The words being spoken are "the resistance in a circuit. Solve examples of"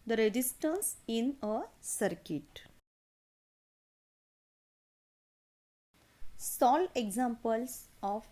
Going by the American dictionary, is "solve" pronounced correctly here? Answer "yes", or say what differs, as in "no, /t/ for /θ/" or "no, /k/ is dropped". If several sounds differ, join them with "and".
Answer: no, /v/ is dropped